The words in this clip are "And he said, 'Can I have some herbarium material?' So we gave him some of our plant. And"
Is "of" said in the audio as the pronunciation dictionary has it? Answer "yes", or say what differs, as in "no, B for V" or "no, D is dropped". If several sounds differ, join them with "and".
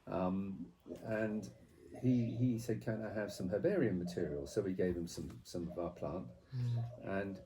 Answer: yes